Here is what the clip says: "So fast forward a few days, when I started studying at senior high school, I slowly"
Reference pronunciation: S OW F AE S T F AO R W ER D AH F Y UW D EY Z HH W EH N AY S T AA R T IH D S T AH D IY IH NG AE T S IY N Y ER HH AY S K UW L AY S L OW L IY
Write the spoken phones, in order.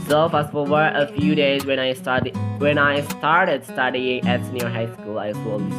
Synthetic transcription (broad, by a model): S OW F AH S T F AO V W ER AH F Y UW D EY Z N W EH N AY S T AA R T IH D S T AH D IY IH NG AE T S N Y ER HH AY S K UW L AY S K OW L